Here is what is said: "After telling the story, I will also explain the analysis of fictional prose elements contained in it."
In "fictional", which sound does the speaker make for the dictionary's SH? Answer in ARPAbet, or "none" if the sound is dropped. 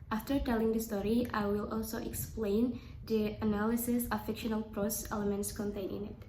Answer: SH